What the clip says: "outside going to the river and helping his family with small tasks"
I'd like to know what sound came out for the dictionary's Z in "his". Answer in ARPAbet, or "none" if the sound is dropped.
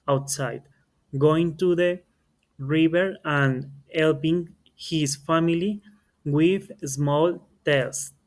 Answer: S